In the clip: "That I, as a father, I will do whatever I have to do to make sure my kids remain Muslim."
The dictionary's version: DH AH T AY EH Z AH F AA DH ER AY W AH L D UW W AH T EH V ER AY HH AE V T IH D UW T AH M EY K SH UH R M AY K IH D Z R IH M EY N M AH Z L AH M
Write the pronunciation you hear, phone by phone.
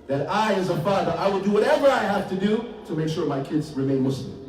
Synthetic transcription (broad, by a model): DH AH T AY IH Z AH F AA DH ER AY W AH D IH W AH T EH V ER AY HH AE F T IH D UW T AH M EY K SH UH R M AY K IH D Z R IH M EY N M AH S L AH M